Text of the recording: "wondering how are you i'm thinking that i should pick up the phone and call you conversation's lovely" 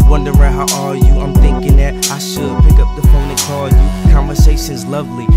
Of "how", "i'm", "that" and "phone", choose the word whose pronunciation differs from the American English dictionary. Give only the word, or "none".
phone